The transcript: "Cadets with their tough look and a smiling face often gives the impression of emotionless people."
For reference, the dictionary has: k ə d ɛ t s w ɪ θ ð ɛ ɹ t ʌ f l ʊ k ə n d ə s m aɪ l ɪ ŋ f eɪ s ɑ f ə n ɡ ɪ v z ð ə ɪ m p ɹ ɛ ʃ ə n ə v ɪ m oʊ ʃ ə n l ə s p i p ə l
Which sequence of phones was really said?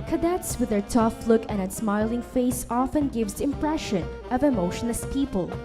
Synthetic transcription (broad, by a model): k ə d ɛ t s w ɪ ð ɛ ɹ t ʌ f l ʊ k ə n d ə s m aɪ l ɪ ŋ f eɪ s ɑ f ə n ɡ ɪ v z ɪ m p ɹ ɛ ʃ ə n ə v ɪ m oʊ ʃ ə n ə s p i p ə l